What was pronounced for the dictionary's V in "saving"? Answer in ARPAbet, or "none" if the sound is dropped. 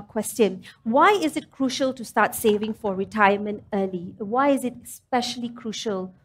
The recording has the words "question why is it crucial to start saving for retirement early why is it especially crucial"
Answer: V